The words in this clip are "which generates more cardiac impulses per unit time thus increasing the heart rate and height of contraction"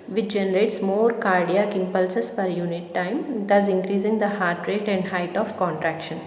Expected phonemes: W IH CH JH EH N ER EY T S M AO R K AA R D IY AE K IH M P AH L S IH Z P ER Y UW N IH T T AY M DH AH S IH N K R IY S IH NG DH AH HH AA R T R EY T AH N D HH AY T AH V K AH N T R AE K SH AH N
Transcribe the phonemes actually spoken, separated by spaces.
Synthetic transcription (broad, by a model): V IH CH JH EH N ER EY T S M AO R K AA R D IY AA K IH M P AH L S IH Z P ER Y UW N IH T T AY M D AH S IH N K R IY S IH NG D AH HH AA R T R EY T AH N D HH AY T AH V K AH N T R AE K SH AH N